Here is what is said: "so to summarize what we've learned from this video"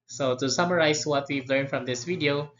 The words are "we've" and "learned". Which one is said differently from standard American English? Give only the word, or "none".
none